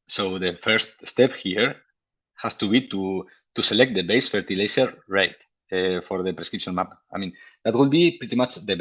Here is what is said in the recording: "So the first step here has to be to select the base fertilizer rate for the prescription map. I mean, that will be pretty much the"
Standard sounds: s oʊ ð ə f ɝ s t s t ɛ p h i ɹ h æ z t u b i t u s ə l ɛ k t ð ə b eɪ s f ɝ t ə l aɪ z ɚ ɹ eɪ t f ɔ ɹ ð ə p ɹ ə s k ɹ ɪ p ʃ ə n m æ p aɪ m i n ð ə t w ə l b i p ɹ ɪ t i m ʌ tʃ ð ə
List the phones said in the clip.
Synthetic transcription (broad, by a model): s oʊ ð ə f ɝ s t s t ɛ p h i ɹ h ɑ s t u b i t u s ə l ɛ k t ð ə b eɪ s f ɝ t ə l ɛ s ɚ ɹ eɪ t f ɔ ɹ ð ə p ɹ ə s k ɹ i p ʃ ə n m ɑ p aɪ m i n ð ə t w ə l b i p ɹ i t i m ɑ tʃ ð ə